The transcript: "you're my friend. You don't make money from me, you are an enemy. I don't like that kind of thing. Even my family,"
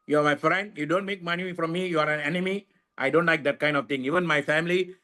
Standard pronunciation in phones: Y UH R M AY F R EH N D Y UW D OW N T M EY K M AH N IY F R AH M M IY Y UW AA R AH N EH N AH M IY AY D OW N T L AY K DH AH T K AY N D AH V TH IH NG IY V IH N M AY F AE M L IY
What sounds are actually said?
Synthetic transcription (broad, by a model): Y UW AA M AY F R EH N D Y UW D OW N T M EY K M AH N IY F R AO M M IY Y UW AA R AH N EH N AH M IY AY D OW N T L AY K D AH T K AY N D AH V T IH NG IY V IH N M AY F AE M L IY